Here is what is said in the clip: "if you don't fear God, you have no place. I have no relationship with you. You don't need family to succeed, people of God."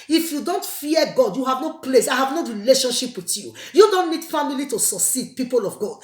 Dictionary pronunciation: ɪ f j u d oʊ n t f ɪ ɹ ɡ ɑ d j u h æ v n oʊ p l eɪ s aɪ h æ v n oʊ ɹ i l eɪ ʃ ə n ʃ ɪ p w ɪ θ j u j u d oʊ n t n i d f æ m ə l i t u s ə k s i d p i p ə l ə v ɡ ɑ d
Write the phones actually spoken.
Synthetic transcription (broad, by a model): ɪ f j u d oʊ n t f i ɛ ɡ ɑ d j u h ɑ v n oʊ p l eɪ s aɪ h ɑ v n oʊ ɹ i l eɪ ʃ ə n ʃ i p w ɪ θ j u j u d oʊ n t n i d f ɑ m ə l i t u s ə s i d p i p ə l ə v ɡ ɑ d